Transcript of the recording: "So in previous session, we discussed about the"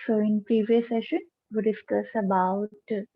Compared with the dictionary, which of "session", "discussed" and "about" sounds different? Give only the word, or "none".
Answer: discussed